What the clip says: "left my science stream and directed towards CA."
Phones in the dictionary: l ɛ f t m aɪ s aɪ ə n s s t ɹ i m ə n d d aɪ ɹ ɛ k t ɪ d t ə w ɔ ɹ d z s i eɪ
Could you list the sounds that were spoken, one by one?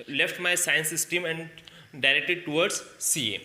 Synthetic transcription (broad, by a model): l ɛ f t m aɪ s aɪ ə n s s t i m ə n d d aɪ ɹ ɛ k t ɪ d t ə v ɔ ɹ d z s i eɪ